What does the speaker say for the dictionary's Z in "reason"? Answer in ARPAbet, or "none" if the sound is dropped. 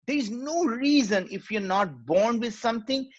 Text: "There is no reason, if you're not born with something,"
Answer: Z